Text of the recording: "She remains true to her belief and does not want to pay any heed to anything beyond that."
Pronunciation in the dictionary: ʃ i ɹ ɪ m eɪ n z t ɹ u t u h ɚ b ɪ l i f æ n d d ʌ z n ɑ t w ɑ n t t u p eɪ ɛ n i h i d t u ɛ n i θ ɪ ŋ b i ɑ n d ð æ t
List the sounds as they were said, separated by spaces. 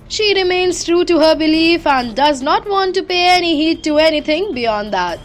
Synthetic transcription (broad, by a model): ʃ i ɹ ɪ m eɪ n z t ɹ u t u h ɚ b ɪ l i f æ n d d ʌ z n ɑ t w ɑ n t t u p eɪ ɛ n i h i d t u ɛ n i t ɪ ŋ b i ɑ n d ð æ t